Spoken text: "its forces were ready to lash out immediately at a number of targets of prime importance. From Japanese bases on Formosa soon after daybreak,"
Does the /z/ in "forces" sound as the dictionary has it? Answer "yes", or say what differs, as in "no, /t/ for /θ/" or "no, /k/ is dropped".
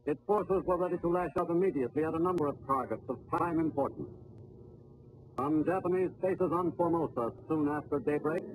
yes